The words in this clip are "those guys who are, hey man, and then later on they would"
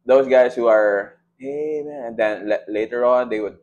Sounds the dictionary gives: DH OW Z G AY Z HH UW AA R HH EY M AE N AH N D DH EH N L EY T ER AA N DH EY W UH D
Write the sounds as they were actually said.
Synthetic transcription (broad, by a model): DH OW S G AY S HH UW AA R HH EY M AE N AH N D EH N L EY T ER AA N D EY W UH D